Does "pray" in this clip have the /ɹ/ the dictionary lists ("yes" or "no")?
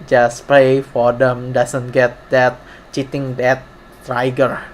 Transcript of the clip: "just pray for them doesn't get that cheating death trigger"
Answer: no